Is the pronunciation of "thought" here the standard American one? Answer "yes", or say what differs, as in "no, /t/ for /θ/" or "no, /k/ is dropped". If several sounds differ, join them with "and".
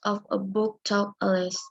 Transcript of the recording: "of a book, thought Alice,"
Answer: no, /t/ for /θ/